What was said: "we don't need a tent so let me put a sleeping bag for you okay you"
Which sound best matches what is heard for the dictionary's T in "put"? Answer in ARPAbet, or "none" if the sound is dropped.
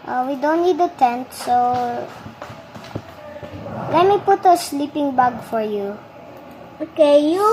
T